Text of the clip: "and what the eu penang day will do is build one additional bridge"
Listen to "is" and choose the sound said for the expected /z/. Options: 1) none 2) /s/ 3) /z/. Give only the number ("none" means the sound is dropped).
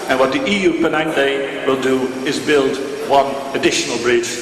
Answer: 3